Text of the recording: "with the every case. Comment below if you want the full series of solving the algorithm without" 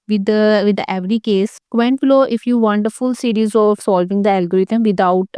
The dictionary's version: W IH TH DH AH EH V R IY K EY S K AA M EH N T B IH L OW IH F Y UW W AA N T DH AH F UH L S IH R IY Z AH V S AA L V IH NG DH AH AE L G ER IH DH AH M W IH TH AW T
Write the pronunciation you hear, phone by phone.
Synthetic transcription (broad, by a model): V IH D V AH EH V R IY K EY S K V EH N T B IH L OW IH F Y UW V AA N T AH F UH L S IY R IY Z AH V S AA L V IH NG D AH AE L G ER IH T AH M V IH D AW T